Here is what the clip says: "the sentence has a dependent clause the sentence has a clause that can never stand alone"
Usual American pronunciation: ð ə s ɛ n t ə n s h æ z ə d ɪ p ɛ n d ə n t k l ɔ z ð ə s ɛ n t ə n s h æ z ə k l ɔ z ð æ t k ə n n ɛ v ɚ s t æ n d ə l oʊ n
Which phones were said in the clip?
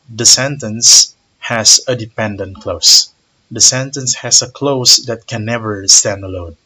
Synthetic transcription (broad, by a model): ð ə s ɛ n t ə n s h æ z ə d ɪ p ɛ n d ə n t k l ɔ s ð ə s ɛ n t ə n s h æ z ə k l ɔ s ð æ t k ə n n ɛ v ɚ s t æ n d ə l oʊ n